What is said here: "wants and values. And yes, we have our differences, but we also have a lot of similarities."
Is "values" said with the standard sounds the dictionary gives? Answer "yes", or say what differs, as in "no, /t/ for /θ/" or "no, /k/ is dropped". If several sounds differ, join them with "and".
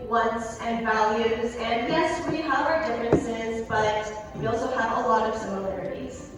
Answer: yes